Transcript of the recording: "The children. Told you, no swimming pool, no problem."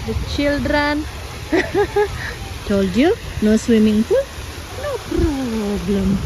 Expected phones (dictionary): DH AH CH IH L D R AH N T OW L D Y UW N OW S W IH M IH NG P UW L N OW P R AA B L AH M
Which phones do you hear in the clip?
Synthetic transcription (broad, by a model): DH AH CH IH L D R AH N T OW L D Y UW N OW S W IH M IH NG F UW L N OW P R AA B L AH M